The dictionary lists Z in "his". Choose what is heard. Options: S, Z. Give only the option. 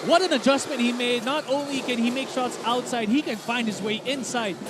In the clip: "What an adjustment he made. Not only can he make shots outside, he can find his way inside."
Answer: Z